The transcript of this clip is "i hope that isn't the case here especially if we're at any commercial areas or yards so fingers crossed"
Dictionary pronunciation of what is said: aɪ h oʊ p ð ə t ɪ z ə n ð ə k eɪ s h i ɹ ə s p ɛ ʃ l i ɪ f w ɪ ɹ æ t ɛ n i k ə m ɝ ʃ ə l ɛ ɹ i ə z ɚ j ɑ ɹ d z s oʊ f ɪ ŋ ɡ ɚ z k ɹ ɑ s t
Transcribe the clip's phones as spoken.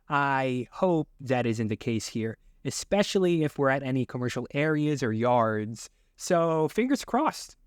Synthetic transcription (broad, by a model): aɪ h oʊ p ð ə t ɪ z ə n ð ə k eɪ s h i ɹ ə s p ɛ ʃ l i ɪ f w ɪ ɹ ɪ t ɛ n i k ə m ɝ ʃ l ɛ ɹ i ə z ɚ j ɑ ɹ d z s oʊ f ɪ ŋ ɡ ɚ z k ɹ ɑ s t